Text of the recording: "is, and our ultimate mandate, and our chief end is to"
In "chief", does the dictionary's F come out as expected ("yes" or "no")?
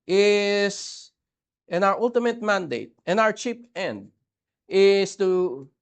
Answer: no